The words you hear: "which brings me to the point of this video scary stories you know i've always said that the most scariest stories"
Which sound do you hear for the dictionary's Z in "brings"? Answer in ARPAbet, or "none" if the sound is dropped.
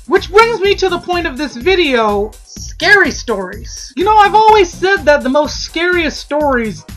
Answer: Z